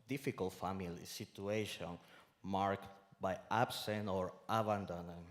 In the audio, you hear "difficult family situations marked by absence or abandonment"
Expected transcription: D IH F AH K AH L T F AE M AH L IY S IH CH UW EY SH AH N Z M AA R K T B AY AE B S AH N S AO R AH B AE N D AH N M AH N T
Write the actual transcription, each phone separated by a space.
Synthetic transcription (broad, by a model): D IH F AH K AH L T F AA M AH L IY S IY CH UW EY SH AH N M AA R K T B AY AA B S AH N AO R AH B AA N D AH N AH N